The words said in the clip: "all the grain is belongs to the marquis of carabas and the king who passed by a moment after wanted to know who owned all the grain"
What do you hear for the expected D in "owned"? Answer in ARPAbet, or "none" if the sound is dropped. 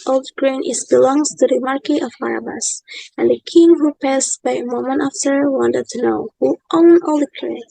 none